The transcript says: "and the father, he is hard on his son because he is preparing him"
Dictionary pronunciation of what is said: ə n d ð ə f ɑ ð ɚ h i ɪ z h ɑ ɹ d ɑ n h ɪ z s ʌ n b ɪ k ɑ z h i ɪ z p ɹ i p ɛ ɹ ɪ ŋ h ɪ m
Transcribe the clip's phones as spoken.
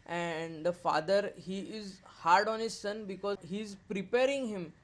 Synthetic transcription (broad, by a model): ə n d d ə f ɑ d ɚ h i ɪ z h ɑ ɹ d ɑ n h ɪ z s ʌ n b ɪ k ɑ h i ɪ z p ɹ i p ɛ ɹ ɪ ŋ h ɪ m